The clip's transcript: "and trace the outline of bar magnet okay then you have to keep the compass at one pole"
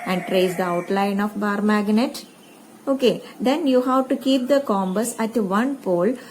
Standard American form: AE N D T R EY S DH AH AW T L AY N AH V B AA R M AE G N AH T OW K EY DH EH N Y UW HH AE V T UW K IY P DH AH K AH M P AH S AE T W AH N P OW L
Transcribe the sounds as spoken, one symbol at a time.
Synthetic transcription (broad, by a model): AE N D T R EY S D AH AW T L AY N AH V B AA R M AE G N AH T OW K EY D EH N Y UW HH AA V T UW K IY P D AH K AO M B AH S AE T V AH N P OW L